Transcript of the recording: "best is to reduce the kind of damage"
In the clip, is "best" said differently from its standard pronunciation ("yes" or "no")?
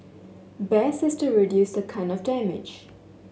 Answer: yes